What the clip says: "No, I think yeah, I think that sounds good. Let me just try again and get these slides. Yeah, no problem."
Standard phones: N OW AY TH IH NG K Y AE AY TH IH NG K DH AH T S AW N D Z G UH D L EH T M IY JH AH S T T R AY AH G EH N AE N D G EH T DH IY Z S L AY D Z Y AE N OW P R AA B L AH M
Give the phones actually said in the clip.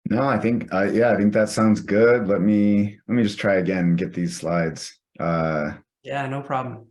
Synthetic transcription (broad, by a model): N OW AY TH IH NG K Y AE AY TH IH NG K DH AH T S AW N D Z G UH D L EH T M IY JH AH S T T R AY AH G EH N N G EH T DH IY Z S L AY D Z Y AE N OW P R AA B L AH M